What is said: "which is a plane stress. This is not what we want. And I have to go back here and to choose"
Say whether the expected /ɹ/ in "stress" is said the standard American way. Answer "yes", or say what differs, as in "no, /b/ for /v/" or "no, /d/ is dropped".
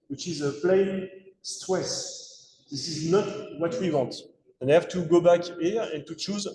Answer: no, /w/ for /ɹ/